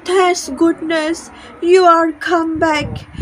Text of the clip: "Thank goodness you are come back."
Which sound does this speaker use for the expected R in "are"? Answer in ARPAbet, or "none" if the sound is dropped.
R